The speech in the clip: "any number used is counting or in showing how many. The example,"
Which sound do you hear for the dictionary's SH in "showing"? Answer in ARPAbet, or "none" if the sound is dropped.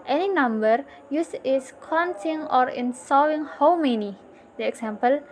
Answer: S